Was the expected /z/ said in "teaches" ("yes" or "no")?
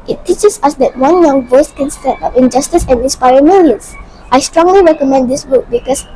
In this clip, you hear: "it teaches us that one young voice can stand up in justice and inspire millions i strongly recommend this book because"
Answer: no